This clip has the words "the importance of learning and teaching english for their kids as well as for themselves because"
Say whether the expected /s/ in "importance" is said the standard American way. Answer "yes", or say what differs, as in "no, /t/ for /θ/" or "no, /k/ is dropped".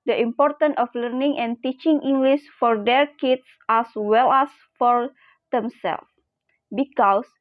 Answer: no, /s/ is dropped